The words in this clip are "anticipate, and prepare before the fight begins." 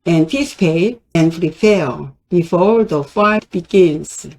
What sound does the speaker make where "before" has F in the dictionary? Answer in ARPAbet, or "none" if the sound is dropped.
F